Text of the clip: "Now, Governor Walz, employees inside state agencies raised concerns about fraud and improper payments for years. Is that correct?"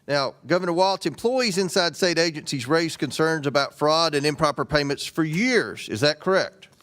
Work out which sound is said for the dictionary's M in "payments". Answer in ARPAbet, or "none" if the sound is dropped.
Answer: M